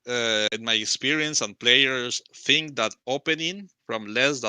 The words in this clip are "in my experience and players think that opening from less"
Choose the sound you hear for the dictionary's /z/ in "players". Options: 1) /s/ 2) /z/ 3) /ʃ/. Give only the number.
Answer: 1